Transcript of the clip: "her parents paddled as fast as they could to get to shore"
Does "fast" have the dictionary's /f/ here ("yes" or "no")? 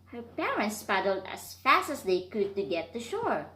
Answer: yes